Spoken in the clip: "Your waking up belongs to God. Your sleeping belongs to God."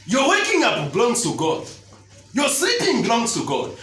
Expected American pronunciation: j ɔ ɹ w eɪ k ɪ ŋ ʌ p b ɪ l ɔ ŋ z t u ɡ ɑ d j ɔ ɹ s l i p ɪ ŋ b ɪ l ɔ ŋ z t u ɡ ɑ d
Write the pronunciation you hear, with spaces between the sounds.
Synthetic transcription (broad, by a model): j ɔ w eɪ k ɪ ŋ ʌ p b l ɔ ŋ t u ɡ ɑ d j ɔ s i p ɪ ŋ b l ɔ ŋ t u ɡ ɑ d